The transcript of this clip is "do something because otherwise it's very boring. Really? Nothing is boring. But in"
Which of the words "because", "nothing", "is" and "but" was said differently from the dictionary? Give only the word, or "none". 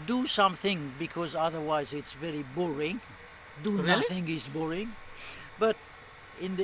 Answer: is